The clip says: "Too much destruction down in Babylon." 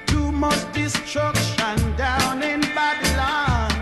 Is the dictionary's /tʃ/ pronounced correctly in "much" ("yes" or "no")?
no